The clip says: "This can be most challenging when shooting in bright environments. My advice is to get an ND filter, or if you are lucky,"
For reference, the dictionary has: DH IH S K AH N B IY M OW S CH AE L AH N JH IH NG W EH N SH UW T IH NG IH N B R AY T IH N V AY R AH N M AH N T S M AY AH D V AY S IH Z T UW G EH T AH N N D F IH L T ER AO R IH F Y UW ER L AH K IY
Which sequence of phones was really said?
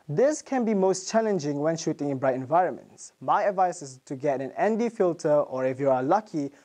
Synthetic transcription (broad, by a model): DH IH S K AH N B IY M OW S CH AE L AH N JH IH NG W EH N SH UW T IH NG IH N B R AY T IH N V AY R AH N M AH N T S M AY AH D V AY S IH S T UW G EH T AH N N D F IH L T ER AO R IH F Y UW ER L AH K IY